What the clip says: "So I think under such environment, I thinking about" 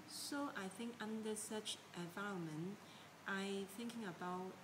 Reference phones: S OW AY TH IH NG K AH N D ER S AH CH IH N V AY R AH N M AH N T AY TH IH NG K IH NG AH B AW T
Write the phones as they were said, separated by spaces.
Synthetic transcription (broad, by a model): S OW AY TH IH NG K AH N D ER S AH CH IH V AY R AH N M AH N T AY TH IH NG K IH NG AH B AW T